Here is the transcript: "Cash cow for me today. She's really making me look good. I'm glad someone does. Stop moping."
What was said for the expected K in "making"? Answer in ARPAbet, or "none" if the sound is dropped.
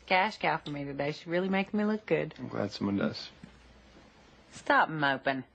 none